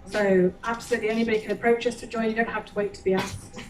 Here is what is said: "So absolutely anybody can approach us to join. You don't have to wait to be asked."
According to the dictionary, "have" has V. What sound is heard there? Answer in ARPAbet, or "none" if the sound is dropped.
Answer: F